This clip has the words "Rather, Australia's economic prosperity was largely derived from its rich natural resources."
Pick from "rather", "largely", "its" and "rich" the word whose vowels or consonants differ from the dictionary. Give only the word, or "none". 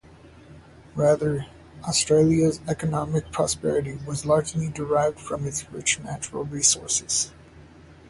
none